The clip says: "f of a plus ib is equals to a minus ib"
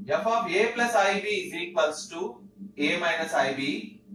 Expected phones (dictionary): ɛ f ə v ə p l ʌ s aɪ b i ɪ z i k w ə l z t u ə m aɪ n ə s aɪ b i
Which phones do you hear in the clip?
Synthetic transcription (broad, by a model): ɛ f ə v ə p l ʌ s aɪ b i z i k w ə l s t u ə m aɪ n ə s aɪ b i